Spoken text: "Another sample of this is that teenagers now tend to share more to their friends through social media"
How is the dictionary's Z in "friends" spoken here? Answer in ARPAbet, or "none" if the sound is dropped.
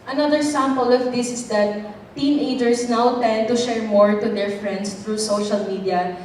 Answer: S